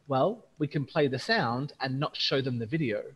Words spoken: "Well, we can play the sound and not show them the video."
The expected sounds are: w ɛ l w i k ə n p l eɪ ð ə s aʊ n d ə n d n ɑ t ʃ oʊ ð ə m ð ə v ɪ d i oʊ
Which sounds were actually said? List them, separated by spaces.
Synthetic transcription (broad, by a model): w ɛ l w i k ə n p l eɪ ð ə s aʊ n d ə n n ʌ t ʃ oʊ ð ə m ð ə v ɪ d i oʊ